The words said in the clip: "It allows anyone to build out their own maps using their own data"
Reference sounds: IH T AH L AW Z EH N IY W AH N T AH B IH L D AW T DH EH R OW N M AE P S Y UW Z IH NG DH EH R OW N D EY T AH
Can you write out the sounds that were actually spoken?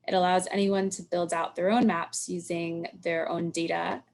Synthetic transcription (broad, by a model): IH T AH L AW Z EH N IY W AH N T AH B IH L D AW T DH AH R OW N M AE P S Y UW Z IH NG DH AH R OW N D EY T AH